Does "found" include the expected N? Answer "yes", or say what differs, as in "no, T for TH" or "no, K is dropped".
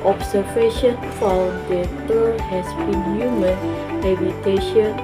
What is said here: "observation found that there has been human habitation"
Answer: no, L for N